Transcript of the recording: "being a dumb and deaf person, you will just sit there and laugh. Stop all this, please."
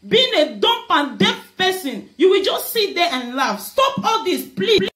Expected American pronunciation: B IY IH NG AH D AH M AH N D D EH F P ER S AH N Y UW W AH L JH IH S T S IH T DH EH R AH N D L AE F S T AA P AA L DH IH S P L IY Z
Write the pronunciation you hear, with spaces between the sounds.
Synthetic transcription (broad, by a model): B IY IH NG AH D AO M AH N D D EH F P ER S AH N Y UW W AH L JH IH S T S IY T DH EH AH N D L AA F S T AA P AA L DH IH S P L IY